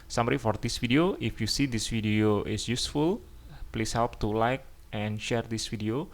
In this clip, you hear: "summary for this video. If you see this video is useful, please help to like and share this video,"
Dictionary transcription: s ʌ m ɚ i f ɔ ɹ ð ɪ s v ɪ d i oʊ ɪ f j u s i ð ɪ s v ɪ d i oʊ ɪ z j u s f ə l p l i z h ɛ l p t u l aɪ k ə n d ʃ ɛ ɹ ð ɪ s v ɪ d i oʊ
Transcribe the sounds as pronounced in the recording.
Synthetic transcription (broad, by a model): s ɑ m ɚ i f ɔ ɹ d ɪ s f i d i oʊ ɪ f j u s i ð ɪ s f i d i oʊ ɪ s j u s f ə l p l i s h ɛ l p t u l aɪ k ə n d ʃ ɛ ɹ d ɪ s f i d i oʊ